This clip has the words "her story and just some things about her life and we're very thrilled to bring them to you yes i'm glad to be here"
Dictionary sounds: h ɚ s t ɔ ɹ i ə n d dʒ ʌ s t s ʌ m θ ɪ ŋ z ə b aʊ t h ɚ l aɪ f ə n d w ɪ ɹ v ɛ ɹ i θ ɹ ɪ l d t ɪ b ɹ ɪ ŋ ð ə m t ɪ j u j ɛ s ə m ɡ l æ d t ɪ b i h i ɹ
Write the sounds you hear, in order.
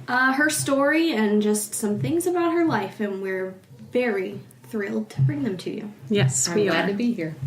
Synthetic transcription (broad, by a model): h ɚ s t ɔ ɹ i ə n dʒ ʌ s t s ʌ m θ ɪ ŋ z ə b aʊ t h ɚ l aɪ f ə n w ɪ ɹ v ɛ ɹ i θ ɹ ɪ l d t ɪ b ɹ ɪ ŋ ð ə m t ɪ j u j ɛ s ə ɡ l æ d t ɪ b i h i ɹ